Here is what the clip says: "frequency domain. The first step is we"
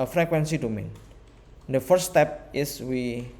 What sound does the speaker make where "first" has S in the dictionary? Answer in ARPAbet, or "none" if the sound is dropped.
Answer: none